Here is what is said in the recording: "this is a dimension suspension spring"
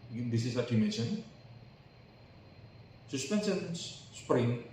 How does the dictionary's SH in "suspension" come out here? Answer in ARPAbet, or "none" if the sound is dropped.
S